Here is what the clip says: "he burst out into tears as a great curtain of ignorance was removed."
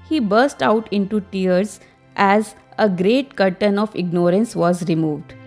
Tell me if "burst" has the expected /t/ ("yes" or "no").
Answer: yes